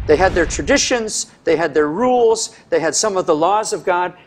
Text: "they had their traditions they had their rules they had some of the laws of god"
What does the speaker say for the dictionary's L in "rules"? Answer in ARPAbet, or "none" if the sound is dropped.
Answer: L